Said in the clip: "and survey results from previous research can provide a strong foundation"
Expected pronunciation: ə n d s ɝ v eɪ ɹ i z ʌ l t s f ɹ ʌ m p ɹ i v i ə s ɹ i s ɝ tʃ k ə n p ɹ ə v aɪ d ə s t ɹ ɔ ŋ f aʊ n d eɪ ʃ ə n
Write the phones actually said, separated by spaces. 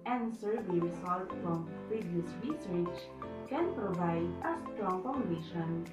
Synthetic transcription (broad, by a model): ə n s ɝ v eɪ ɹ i s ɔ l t f ɹ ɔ m p ɹ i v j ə s ɹ i s ɝ tʃ k ə n p ɹ ə v aɪ d ə s t ɹ ɔ ŋ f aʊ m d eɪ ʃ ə n